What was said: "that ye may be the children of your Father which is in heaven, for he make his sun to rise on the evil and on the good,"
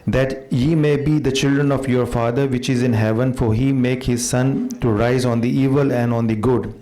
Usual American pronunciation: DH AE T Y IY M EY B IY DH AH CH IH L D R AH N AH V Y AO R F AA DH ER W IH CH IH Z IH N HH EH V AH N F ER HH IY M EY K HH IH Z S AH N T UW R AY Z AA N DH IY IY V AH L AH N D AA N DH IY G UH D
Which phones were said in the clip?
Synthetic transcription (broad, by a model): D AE T Y IY M EY B IY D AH CH IH L D R AH N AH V Y AO R F AA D ER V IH CH IH Z IH N HH EH V AH N F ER HH IY M EY K HH IH Z S AH N T UW R AY Z AA N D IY IY V AH L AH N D AA N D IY G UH D